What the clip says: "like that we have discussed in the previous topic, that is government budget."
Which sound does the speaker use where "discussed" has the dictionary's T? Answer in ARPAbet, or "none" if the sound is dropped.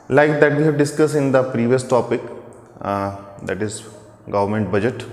none